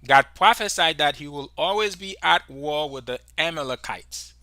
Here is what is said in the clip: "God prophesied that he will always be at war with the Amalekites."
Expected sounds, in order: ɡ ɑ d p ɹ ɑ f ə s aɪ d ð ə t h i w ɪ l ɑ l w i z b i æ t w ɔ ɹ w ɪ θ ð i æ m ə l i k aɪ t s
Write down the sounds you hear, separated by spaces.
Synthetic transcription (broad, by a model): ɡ ɑ d p ɹ ɑ f ə s aɪ d ð ə t h i w ɪ l ɑ l w i z b i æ t w ɔ ɹ w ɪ ð i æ m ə l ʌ k aɪ t s